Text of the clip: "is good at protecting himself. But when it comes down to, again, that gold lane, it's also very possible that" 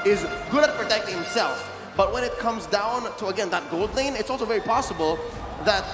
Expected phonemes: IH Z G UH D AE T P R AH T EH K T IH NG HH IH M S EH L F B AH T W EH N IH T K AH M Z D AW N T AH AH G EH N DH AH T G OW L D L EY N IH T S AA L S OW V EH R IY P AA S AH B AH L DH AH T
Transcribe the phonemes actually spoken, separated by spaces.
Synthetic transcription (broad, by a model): IH Z G UH D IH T P R AH T EH K T IH NG HH IH M S EH L F B AH T W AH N IH T K AH M Z D AW N T AH AH G EH N DH AH T G OW L D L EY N IH T S AA L S OW V EH R IY P AA S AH B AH L DH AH T